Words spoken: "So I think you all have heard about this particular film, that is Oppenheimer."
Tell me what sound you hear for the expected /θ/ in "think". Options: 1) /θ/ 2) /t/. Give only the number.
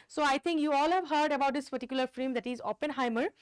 2